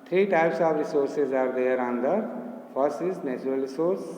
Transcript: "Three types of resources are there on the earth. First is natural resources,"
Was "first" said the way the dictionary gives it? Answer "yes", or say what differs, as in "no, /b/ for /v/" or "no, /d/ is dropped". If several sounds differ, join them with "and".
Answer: no, /t/ is dropped